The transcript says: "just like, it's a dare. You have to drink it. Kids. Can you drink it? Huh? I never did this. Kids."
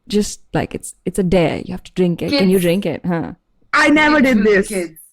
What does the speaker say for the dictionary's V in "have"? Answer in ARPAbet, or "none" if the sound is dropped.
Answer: F